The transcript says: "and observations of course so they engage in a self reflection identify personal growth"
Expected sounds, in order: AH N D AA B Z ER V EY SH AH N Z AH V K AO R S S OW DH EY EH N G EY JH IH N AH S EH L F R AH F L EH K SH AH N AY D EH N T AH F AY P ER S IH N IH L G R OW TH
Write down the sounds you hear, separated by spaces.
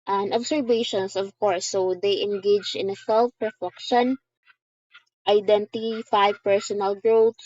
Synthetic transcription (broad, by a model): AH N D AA B S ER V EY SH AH N S AH V K AO R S S OW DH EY EH N G EY JH IH N AH S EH L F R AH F EH K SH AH N AY D EH N T AH F AY P ER S IH N IH L G R OW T